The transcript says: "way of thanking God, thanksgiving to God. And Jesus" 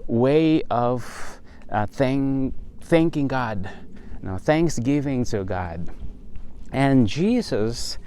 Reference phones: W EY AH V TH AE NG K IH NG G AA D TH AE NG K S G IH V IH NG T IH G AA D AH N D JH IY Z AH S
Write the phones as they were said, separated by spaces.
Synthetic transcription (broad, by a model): W EY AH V TH AE NG K IH NG G AA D TH AE NG K S G IH V IH NG T IH G AA D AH N JH IY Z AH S